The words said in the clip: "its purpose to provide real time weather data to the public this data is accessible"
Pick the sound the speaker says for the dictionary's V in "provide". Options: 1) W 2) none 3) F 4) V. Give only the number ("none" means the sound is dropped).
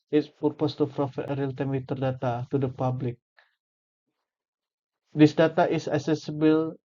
3